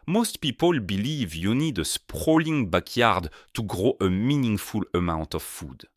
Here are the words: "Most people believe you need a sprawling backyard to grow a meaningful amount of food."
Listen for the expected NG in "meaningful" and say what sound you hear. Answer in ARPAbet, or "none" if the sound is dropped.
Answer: NG